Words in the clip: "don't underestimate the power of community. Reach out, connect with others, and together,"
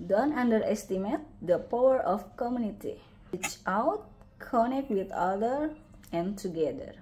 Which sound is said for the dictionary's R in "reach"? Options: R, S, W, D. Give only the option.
W